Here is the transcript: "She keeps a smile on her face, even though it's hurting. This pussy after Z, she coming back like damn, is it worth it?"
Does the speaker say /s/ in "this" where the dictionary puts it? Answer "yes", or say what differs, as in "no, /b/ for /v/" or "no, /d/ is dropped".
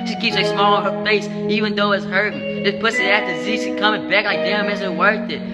no, /s/ is dropped